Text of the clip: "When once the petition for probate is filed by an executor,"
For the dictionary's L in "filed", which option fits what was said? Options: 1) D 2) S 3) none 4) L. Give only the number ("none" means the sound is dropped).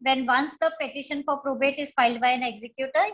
4